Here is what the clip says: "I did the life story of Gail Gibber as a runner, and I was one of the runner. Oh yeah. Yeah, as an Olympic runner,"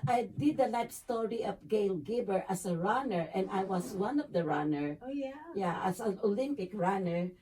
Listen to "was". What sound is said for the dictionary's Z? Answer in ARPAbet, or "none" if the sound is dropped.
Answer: S